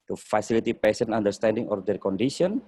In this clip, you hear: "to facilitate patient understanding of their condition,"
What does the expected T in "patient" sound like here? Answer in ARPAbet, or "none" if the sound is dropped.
none